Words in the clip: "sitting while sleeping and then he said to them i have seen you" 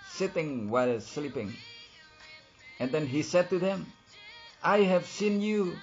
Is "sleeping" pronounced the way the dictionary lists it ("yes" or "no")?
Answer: yes